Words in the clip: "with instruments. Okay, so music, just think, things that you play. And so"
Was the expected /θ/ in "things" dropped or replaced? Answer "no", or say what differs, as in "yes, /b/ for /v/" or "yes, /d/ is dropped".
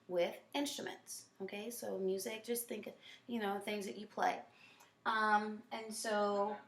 no